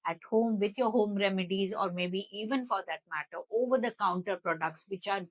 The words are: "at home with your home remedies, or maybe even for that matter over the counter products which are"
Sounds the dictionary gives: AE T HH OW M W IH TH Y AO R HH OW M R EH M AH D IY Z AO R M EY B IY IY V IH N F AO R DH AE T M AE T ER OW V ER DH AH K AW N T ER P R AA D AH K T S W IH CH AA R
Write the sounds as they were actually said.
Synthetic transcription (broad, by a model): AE T HH OW M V IH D Y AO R HH OW M R EH M AH D IY Z AO R M EY B IY IY V IH N F AO R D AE T M AE T ER OW V ER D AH K AW N T ER P R AA D AH K T S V IH CH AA R